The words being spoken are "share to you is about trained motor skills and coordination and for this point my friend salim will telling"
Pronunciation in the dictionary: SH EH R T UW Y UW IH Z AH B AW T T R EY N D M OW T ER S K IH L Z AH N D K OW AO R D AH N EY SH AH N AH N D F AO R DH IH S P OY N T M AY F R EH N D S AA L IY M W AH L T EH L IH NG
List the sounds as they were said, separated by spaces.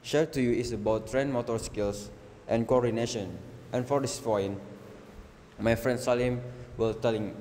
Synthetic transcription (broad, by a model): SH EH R T UW Y UW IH S AH B AW T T R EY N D M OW T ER S K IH L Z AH N K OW AO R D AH N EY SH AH N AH N F AO R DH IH S F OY N M AY F R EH N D S AA L IY M W AH L T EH L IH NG